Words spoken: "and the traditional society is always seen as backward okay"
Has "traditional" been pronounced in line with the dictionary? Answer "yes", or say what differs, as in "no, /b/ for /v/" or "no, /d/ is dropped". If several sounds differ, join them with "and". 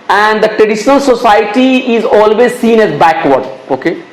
yes